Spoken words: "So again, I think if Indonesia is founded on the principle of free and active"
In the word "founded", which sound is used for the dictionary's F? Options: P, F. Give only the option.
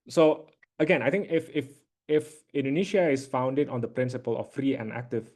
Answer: F